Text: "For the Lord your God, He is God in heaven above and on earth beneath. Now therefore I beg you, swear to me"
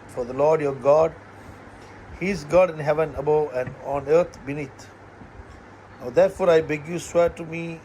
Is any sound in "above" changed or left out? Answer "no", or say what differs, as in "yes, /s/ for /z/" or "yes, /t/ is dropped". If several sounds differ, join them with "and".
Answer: yes, /v/ is dropped